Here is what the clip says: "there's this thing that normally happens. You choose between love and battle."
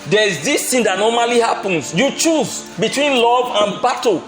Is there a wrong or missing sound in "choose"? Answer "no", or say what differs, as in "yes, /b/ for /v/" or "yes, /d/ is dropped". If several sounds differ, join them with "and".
no